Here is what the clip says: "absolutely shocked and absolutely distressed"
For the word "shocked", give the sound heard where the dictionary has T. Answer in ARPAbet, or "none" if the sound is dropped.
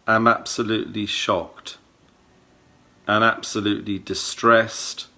T